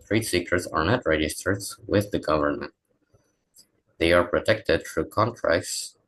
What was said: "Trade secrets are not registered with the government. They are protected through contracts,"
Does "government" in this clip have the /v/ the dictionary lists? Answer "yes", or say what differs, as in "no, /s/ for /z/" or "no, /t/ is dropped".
yes